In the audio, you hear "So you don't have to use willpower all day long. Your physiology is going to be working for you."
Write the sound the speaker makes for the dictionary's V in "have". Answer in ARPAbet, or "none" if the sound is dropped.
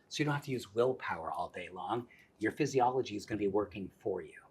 F